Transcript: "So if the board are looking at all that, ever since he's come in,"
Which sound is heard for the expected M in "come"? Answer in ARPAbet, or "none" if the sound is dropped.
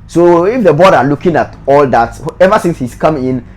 M